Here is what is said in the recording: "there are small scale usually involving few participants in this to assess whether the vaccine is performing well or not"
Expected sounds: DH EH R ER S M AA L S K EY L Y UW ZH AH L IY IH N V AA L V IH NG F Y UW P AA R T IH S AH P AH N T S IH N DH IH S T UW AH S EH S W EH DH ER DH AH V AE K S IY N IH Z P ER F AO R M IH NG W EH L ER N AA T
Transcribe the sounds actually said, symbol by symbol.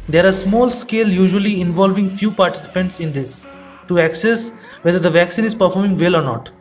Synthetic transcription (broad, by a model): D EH R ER S M AA L S K EY L Y UW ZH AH L IY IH N V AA L V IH NG F Y UW P AA R T IH S AH P AH N T S IH N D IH S T UW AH S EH S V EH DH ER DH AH V AE K S IY N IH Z P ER F AO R M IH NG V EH L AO N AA T